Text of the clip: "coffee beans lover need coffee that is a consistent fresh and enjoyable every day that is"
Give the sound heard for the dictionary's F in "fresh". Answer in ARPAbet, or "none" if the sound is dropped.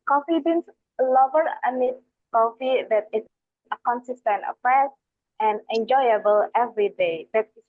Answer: P